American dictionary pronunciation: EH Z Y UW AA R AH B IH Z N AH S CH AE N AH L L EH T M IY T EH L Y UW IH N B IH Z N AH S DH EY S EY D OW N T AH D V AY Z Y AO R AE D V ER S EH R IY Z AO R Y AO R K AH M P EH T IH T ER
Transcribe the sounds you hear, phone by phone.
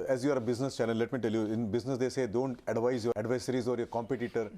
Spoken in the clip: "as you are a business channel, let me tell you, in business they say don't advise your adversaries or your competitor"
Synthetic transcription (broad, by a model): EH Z Y UW AA R AH B IH Z N AH S CH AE L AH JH L EH T M IY T EH L Y UW IH N B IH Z N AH S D EY S EY D OW N T AH D V AY Z Y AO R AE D V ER S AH R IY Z AO R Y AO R K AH M P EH T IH T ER